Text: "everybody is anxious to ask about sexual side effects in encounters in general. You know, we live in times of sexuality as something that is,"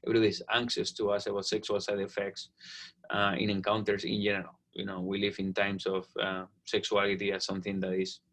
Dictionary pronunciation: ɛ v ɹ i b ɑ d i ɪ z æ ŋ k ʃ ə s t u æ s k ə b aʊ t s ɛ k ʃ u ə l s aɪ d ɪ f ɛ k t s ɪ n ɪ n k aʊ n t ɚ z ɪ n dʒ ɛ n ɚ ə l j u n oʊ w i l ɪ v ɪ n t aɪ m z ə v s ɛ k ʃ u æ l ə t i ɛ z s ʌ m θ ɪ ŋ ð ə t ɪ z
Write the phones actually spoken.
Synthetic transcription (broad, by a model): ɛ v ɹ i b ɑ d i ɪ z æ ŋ k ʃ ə s t u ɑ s ə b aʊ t s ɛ k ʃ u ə l s aɪ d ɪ f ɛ k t s ɪ n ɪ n k aʊ n t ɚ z ɪ n dʒ ɛ n ɚ ə l j u n oʊ w i l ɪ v ɪ n t aɪ m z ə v s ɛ k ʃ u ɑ l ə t i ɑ s ʌ m θ ɪ ŋ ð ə t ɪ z